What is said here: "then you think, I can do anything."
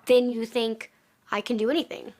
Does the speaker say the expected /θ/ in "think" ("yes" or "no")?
yes